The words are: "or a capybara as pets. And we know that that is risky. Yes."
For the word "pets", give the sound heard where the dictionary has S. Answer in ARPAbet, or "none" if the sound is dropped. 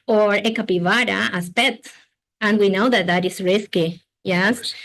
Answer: none